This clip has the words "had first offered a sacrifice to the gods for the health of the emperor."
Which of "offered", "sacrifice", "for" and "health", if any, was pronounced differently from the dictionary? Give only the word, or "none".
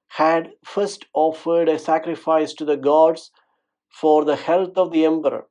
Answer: health